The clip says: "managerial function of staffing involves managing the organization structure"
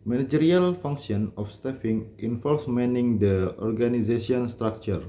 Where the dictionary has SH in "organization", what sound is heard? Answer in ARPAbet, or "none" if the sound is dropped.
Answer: S